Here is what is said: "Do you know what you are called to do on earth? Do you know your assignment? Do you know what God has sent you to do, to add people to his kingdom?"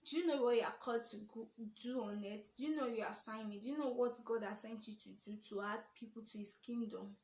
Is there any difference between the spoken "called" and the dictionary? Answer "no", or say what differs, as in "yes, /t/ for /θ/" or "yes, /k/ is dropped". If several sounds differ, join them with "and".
yes, /l/ is dropped